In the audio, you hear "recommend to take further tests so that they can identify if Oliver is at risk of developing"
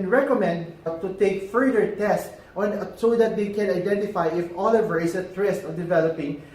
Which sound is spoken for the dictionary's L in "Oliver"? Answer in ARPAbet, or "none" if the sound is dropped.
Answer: L